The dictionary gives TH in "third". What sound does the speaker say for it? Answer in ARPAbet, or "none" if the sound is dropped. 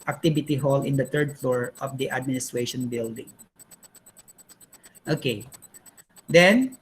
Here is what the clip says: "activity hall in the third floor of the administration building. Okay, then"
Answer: T